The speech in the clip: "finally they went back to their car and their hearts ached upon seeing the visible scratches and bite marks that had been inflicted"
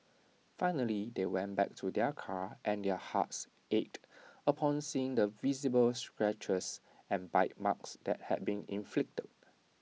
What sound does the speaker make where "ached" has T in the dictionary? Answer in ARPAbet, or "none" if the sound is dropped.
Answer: T